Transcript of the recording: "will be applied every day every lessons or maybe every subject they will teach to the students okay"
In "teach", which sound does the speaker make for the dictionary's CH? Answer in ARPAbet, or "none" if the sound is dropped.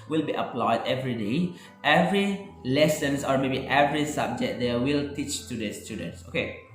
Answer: CH